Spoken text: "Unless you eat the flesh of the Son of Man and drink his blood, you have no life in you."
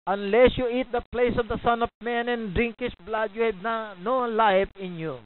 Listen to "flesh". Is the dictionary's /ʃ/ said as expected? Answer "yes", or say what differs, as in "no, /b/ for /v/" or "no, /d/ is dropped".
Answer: no, /s/ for /ʃ/